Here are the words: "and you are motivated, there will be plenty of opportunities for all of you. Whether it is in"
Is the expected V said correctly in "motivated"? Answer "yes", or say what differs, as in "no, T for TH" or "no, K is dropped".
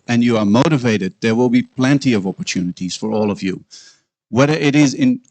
yes